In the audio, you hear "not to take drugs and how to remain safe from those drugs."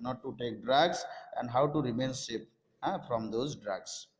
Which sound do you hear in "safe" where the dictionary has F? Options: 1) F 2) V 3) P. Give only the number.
3